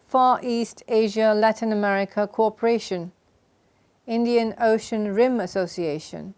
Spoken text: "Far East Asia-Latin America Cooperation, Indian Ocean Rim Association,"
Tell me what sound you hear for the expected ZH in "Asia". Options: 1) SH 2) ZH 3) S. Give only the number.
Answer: 2